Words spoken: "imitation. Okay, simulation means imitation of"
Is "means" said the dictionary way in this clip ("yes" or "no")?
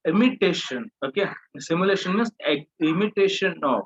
no